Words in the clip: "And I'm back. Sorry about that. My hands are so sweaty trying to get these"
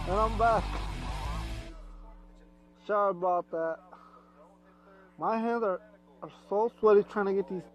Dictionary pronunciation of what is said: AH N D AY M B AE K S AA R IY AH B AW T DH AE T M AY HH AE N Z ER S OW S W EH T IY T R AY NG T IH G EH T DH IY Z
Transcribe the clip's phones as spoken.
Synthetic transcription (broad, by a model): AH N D AY M B AE K SH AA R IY T DH AE T M AY HH AE N Z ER S OW S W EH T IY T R AY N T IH G EH T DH IY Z